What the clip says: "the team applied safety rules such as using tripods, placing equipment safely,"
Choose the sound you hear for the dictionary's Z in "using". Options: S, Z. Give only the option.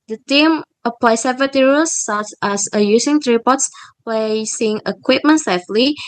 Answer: S